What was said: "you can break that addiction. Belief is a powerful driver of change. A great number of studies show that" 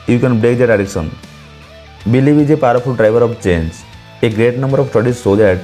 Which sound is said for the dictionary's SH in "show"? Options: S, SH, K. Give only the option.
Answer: S